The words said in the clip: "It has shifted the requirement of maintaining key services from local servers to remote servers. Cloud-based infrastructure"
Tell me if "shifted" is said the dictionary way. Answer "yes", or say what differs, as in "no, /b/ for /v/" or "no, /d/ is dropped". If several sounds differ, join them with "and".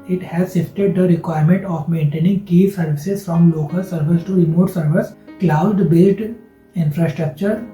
no, /s/ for /ʃ/